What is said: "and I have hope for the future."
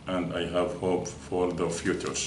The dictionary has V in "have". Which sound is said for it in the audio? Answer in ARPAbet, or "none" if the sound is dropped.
V